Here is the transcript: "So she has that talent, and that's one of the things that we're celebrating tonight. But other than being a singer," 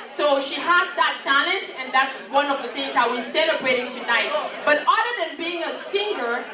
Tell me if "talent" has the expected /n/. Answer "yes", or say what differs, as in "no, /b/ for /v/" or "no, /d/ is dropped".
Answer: yes